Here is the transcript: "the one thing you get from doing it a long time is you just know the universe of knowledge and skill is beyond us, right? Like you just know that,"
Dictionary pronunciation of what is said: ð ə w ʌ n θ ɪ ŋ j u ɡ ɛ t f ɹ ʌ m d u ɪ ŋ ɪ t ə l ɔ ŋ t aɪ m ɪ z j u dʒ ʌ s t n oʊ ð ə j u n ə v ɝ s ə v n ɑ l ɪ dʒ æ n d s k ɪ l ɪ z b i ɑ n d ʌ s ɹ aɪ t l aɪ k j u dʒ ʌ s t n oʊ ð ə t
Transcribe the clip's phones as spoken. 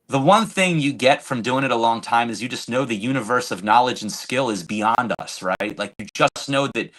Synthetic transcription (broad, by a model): ð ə w ʌ n θ ɪ ŋ j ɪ ɡ ɛ t f ɹ ʌ m d u ɪ ŋ ɪ t ə l ɔ ŋ t aɪ m ɪ z j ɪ dʒ ʌ s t n oʊ ð ə j u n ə v ɝ s ə v n ɑ l ɪ dʒ n s k ɪ l ɪ z b i ɑ n d ʌ s ɹ aɪ t l aɪ k j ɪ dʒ ʌ s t n oʊ ð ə t